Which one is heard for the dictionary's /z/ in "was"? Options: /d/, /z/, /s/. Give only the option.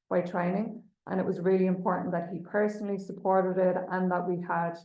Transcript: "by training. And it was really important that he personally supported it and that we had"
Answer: /z/